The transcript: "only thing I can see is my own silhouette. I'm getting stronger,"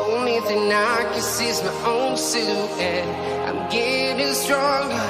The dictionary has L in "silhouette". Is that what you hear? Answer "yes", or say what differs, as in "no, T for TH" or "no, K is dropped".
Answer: no, L is dropped